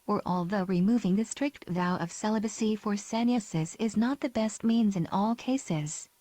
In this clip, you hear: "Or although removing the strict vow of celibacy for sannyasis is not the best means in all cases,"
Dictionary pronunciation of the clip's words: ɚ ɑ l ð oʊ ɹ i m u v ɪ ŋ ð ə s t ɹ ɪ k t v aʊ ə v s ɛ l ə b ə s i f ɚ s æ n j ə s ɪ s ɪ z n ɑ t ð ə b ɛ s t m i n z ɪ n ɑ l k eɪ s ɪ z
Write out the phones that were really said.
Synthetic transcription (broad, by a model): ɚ ɑ l ð oʊ ɹ i m u v ɪ ŋ ð ə s t ɹ ɪ k t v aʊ ə v s ɛ l ə b ə s i f ɚ s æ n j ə s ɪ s ɪ z n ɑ t ð ə b ɛ s t m i n z ɪ n ɑ l k eɪ s ɪ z